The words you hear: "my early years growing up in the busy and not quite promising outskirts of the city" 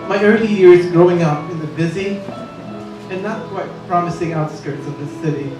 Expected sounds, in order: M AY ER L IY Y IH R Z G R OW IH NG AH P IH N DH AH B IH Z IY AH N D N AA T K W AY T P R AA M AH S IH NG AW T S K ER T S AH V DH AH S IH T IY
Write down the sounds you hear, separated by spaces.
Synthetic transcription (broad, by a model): M AY ER L IY Y IH R Z G R OW IH NG AH P IH N DH AH B IH Z IY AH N N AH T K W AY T P R AA M AH S IH NG AW T S K ER T S AH V DH AH S IH T IY